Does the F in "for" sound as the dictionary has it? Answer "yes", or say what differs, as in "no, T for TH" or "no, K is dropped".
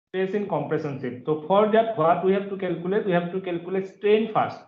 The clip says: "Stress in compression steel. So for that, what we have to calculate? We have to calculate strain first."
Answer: no, P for F